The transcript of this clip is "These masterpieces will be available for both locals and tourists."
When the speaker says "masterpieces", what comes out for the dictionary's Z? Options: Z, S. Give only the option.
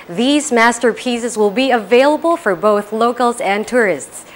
Z